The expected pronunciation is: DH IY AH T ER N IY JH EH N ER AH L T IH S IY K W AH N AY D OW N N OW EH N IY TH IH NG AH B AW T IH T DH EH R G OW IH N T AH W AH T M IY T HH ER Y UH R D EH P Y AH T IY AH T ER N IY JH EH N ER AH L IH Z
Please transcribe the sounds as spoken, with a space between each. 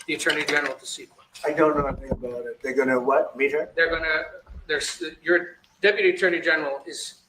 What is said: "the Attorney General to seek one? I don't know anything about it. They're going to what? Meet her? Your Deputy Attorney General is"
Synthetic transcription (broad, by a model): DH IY AH T ER N IY JH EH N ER L T IH S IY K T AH AY D OW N N OW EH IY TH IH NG AH B AW T IH T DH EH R G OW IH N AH W AH T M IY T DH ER Y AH R D EH P Y AH T IY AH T ER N IY JH EH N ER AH L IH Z